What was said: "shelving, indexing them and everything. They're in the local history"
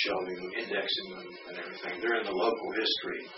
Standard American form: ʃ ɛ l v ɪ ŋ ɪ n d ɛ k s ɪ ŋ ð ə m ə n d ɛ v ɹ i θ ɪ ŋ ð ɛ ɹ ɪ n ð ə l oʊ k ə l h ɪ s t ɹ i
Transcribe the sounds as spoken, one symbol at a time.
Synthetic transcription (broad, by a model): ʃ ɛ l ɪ ɪ n d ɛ k s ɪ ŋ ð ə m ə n ɛ v ɹ i θ ɪ ŋ ð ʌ ɹ ɪ n ð ə l oʊ k l h ɪ s t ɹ i